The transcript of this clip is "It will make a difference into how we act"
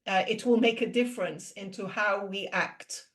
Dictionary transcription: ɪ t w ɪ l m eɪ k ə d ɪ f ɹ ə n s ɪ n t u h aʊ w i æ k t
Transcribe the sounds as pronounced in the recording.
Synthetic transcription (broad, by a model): ɪ t w ɪ l m eɪ k ə d ɪ f ɹ ə n s ɪ n t u h aʊ w i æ k t